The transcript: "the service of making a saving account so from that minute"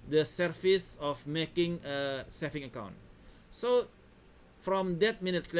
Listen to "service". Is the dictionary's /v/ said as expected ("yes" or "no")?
no